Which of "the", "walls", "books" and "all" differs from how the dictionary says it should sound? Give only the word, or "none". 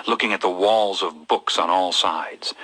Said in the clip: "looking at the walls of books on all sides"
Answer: none